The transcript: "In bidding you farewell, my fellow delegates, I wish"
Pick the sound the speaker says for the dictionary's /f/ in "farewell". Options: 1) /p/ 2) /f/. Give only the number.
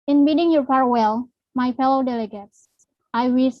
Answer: 1